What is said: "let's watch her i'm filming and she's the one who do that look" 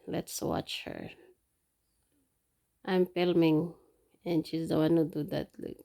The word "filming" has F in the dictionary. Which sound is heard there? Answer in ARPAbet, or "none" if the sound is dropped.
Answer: P